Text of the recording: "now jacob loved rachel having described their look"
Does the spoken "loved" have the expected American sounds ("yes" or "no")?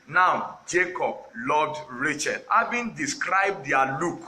no